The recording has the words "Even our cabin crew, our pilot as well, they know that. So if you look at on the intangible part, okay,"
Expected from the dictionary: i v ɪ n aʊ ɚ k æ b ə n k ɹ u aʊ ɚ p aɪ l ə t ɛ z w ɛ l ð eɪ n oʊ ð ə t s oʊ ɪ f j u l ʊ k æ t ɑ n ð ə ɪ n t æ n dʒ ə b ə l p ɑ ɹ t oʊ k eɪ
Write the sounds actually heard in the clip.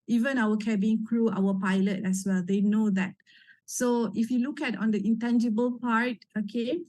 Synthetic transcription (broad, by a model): i v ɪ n aʊ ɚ k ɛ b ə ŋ k ɹ u aʊ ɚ p aɪ l ə t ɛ s w ɛ l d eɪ n oʊ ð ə t s oʊ ɪ f j u l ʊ k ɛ t ɑ n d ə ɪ n t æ n dʒ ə b ə l p ɑ ɹ t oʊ k eɪ